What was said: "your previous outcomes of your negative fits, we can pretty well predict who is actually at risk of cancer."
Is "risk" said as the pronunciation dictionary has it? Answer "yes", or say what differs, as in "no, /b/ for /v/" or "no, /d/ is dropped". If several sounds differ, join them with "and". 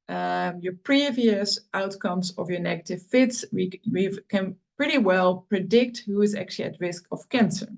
yes